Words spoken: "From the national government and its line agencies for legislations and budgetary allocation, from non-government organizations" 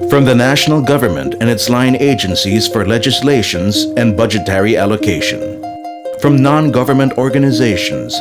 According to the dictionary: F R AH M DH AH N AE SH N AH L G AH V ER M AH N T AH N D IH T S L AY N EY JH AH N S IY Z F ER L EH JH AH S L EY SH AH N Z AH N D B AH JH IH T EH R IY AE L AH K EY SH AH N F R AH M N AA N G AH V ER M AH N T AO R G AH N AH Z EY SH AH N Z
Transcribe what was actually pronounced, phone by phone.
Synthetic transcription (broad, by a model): F R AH M DH AH N AE SH N L G AH V ER M AH N T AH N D IH T S L AY N EY JH AH N S IY Z F ER L EH JH AH S L EY SH AH N Z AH N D B AH JH IH T EH R IY AE L AH K EY SH AH N F R AH M N AA N G AH V ER M AH N T AO R G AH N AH Z EY SH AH N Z